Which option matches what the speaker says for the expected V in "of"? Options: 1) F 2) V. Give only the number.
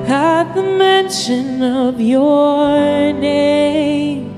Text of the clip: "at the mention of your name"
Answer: 2